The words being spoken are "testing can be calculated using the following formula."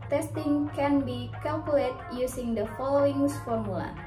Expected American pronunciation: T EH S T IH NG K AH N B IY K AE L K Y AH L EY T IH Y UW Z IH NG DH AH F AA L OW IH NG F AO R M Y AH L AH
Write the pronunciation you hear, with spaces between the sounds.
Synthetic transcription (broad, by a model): T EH S T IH NG K AH N B IY K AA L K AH L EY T Y UW S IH NG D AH F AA L OW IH NG F AO R M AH L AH